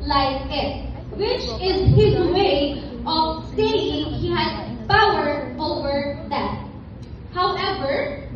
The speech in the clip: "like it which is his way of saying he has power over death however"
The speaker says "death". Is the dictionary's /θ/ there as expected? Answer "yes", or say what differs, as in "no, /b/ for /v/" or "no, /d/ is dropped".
no, /t/ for /θ/